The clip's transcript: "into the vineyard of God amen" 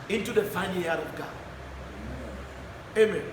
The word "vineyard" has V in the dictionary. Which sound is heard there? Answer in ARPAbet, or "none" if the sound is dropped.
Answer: F